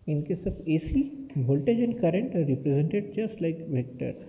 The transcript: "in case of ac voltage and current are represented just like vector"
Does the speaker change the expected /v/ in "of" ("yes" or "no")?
yes